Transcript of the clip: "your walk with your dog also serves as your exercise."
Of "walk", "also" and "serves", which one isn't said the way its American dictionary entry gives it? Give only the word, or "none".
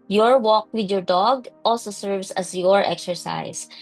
serves